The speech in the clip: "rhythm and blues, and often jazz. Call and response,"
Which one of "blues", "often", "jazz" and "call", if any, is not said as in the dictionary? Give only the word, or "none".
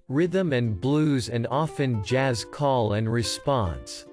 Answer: none